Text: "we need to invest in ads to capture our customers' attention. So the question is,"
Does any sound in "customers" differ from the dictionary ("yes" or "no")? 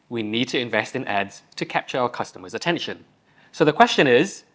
no